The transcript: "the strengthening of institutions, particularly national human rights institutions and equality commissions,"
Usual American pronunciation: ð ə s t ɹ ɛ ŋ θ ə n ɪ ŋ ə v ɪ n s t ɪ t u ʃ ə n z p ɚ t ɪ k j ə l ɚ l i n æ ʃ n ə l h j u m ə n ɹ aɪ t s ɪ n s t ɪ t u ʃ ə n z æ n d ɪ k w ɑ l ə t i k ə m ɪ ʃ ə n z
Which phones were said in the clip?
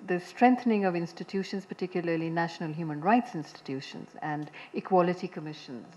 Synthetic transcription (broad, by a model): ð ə s t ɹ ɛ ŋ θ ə n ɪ ŋ ə v ɪ n s t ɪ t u ʃ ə n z p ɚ t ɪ k j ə l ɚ l i n æ ʃ n ə l h j u m ə n ɹ aɪ t s ɪ n s t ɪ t u ʃ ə n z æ n d ɪ k w ɑ l ə t i k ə m ɪ ʃ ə n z